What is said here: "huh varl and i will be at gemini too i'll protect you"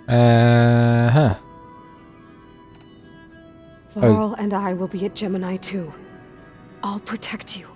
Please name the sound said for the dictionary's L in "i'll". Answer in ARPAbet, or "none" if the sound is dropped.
L